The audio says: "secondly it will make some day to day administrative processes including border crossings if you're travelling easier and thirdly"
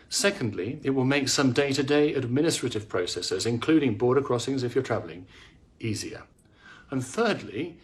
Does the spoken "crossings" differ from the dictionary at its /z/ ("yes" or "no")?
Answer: no